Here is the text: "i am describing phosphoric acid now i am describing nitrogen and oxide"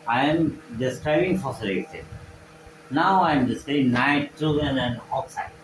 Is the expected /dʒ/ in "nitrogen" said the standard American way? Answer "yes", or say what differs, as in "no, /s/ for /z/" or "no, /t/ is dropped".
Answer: no, /dʒ/ is dropped